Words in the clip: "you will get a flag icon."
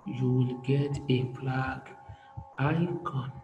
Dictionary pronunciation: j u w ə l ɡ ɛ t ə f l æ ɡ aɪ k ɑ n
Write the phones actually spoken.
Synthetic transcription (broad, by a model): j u w ə l ɡ ɛ t ə p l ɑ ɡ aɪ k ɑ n